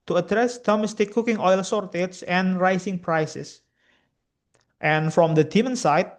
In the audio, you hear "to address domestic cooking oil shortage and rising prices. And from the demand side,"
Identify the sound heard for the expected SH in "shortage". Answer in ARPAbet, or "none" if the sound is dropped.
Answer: S